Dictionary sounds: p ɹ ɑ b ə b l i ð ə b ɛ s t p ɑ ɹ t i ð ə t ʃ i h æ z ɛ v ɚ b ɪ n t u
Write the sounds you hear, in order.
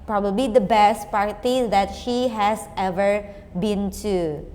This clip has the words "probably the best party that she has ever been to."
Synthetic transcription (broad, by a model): p ɹ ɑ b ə b l i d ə b ɛ s t p ɑ ɹ t i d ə t ʃ i h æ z ɛ v ɚ b ɪ n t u